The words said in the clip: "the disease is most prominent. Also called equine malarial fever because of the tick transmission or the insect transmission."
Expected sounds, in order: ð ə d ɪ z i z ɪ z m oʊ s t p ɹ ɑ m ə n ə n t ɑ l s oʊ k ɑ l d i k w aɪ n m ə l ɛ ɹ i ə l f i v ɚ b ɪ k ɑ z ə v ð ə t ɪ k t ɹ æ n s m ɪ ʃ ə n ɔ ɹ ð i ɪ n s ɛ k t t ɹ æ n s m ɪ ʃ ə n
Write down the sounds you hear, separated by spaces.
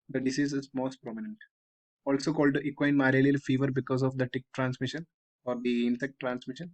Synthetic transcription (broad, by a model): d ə d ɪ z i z ɪ z m oʊ s t p ɹ ɑ m ə n ə n t ɑ l s oʊ k ɑ l d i k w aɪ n m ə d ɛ l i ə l f i v ɚ b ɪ k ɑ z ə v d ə t ɪ k t ɹ æ n s m ɪ ʃ ə n ɔ ɹ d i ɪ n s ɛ k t t ɹ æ n s m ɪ ʃ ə n